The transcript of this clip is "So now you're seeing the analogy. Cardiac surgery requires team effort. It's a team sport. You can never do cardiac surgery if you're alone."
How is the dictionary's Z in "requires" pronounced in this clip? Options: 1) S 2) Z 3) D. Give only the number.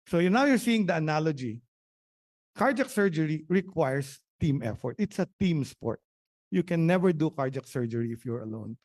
1